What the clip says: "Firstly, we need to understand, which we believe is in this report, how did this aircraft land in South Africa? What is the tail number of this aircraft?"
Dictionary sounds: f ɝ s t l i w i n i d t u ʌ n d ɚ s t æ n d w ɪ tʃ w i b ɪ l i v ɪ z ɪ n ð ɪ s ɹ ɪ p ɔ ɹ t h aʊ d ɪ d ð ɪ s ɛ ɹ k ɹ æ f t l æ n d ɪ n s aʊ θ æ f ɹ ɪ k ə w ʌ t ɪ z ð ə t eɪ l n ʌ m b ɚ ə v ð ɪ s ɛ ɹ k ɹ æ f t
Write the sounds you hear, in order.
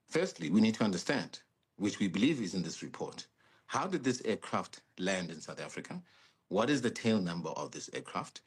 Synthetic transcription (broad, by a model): f ɝ s t l i w i n i d t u ʌ n d ɚ s t æ n d w ɪ tʃ w i b ɪ l i v ɪ z ɪ n ð ɪ s ɹ ɪ p ɔ ɹ t h aʊ d ɪ d ð ɪ s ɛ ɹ k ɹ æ f t l æ n d ɪ n s aʊ θ æ f ɹ ɪ k ə w ʌ t ɪ z ð ə t eɪ l n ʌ m b ɚ ə v ð ɪ s ɛ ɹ k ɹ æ f t